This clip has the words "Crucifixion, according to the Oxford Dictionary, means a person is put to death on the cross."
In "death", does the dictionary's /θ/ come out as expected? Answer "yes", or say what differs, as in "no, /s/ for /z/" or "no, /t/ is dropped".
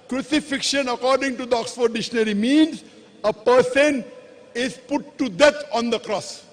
no, /t/ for /θ/